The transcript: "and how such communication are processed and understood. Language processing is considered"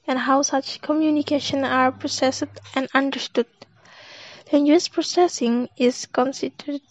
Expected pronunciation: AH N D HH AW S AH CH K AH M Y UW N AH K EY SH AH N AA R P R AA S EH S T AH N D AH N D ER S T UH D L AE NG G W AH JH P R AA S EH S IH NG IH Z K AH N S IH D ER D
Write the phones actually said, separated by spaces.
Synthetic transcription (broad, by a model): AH N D HH AW S AH CH K AH M Y UW N AH K EY SH AH N AA R P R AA S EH S T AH N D AH N D ER S T UH D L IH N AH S P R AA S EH S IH NG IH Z K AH N S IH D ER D